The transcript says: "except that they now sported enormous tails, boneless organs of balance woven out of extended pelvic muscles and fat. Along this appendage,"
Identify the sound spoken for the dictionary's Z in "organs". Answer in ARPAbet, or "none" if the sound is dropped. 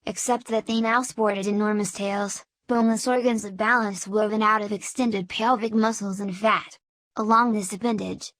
Z